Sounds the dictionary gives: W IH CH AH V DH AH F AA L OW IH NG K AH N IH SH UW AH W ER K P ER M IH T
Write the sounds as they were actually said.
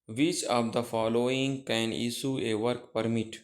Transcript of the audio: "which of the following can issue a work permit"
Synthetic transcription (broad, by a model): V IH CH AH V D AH F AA L OW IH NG K AH N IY S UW AH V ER K P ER M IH T